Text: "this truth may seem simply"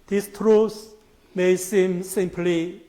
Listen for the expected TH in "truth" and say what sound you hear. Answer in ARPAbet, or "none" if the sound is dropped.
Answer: S